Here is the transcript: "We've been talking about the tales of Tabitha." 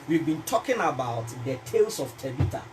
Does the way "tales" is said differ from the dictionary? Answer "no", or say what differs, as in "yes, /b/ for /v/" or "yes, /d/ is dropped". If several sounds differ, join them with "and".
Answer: yes, /s/ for /z/